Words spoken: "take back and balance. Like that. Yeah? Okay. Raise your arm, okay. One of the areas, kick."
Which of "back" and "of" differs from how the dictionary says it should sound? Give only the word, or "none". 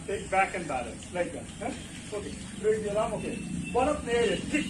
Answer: of